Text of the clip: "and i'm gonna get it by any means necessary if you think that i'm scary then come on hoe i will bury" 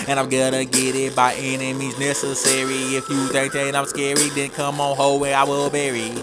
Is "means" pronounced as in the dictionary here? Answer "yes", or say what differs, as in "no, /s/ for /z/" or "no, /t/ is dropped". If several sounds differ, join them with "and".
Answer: no, /n/ is dropped